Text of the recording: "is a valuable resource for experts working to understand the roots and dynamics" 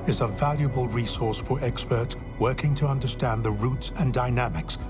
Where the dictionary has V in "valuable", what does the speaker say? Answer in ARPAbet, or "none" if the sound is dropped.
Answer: V